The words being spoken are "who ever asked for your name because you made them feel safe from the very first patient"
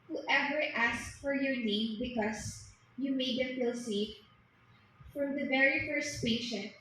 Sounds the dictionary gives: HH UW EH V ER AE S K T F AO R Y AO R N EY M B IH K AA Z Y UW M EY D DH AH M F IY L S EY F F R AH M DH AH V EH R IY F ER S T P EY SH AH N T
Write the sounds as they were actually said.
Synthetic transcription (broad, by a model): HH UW EH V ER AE S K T F AO R Y AO R N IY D B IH K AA S Y UW M EY D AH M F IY L S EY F F R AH M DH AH V EH R IY F ER S T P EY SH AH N